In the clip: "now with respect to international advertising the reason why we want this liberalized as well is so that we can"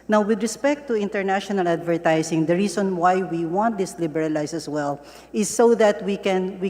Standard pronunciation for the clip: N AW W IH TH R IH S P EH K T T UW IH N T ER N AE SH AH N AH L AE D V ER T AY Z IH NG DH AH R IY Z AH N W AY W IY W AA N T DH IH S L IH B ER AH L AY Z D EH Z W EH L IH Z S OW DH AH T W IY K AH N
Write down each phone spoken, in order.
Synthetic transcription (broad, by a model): N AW W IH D R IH S P EH K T T UW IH N T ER N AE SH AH N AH L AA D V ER T AY S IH NG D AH R IY S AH N W AY W IY W AA N T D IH S L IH B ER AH L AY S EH S W EH L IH S OW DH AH T W IY K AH N